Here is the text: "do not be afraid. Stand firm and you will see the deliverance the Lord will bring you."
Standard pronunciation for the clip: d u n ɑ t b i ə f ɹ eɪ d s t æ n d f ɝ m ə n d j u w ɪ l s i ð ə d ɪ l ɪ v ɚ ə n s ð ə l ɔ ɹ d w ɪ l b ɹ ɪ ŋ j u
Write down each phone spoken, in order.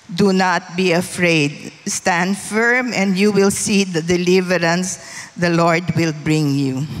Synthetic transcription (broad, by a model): d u n ɑ t b i ə f ɹ eɪ d s t æ n d f ɝ m ə n d j u w ɪ l s i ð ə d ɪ l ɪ v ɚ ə n s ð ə l ɔ ɹ d w ɪ l b ɹ ɪ ŋ j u